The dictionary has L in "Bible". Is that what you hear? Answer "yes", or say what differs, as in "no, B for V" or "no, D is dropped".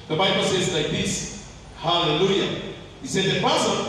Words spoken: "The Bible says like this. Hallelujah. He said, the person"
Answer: yes